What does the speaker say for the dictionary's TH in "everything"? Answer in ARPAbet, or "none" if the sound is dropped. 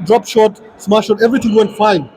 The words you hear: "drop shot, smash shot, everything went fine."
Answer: T